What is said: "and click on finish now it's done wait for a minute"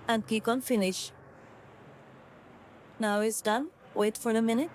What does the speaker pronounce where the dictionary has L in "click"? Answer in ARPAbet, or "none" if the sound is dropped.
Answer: none